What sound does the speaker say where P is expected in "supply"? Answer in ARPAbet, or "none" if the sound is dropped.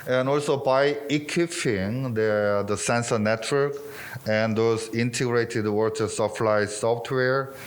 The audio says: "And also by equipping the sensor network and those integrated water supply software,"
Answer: F